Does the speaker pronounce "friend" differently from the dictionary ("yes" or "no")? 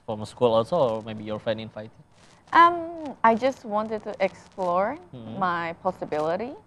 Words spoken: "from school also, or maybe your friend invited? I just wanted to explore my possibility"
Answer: yes